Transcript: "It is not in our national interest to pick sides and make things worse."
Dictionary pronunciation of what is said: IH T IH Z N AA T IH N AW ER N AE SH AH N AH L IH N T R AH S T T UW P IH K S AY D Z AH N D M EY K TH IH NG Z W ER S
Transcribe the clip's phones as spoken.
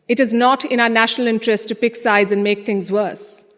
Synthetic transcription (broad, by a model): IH T IH Z N AA T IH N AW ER N AE SH AH N AH L IH N T R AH S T T UW P IH K S AY D Z AH N D M EY K T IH NG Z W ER S